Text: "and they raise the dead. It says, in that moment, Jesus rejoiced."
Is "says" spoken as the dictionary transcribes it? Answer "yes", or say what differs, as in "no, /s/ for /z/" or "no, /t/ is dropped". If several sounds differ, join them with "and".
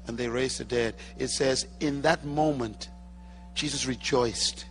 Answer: yes